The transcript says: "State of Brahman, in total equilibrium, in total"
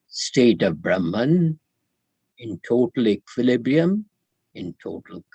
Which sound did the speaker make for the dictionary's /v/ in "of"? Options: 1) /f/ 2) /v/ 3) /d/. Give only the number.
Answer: 2